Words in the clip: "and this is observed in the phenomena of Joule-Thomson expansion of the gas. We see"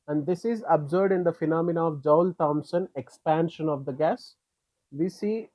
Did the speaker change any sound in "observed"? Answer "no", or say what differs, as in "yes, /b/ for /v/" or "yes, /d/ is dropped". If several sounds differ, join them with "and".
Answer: yes, /v/ is dropped